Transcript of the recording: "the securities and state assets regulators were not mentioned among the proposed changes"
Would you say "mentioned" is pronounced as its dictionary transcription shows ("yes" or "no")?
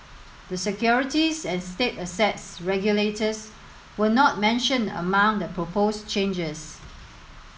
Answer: no